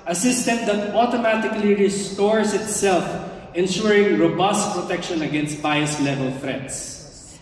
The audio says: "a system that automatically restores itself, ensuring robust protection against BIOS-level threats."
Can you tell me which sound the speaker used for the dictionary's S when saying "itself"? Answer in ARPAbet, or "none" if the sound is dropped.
S